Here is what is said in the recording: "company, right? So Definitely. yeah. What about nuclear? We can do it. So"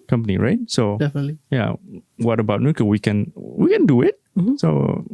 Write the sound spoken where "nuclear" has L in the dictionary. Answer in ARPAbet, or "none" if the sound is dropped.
W